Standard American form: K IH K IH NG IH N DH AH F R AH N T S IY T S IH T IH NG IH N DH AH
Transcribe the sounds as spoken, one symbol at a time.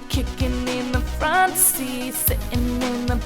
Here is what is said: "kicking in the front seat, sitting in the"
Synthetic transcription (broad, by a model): K IH K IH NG IH N DH AH F R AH N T S S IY S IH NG IH N DH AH